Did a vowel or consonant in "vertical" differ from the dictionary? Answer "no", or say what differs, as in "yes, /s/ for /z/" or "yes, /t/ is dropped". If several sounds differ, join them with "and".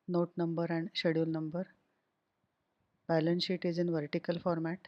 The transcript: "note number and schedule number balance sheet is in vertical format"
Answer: no